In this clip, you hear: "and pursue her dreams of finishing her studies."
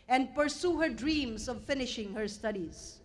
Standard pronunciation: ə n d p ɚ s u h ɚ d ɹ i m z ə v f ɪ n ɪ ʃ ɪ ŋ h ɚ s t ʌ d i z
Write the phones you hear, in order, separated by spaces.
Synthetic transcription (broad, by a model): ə n d p ɚ s u h ɚ d ɹ i m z ə v f ɪ n ɪ ʃ ɪ ŋ h ɚ s t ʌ d i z